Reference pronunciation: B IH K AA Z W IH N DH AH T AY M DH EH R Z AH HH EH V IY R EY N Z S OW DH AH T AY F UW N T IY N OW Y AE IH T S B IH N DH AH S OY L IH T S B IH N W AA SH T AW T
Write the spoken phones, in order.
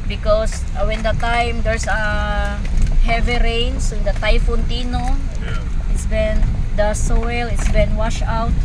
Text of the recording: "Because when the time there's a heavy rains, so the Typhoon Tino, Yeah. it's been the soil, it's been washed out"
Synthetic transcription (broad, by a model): B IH K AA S W IH N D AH T AY M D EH R S AH HH EH V IY R EY N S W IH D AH T AY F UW N T IY N OW IH T S B IH N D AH S OY L IH T S B IH N W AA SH AW T